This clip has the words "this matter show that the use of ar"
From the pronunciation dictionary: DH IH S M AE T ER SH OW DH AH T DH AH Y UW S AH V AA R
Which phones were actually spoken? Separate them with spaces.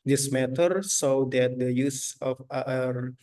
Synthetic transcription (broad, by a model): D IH S M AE T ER S OW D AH T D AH Y UW S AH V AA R